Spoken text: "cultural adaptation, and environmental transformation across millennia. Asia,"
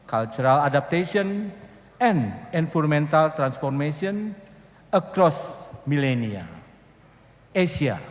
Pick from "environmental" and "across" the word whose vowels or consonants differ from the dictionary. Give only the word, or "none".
environmental